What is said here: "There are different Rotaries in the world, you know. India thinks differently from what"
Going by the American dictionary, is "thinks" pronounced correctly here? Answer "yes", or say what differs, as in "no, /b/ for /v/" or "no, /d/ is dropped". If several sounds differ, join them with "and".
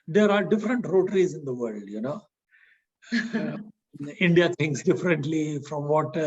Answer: no, /t/ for /θ/